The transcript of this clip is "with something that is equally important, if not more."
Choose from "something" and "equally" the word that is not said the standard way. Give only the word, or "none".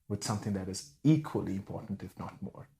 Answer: none